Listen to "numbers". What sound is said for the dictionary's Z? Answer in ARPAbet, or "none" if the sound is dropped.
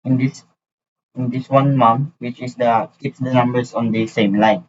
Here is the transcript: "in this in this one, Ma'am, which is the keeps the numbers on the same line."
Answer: S